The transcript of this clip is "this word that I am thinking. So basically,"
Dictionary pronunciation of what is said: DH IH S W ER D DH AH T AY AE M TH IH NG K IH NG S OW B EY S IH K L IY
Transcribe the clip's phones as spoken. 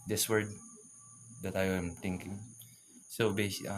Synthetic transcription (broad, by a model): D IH S W ER D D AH T AY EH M T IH NG K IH NG S OW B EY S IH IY